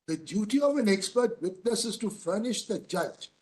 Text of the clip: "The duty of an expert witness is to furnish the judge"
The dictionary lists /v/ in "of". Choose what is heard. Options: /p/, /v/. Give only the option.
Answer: /v/